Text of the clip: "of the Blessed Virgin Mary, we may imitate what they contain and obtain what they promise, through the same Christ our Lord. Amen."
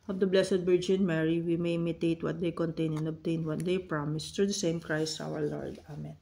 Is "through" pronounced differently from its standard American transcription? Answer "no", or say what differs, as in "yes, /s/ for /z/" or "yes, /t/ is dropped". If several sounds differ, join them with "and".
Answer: yes, /t/ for /θ/